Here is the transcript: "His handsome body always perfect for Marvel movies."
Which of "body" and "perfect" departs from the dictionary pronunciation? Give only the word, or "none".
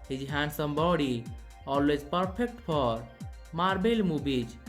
perfect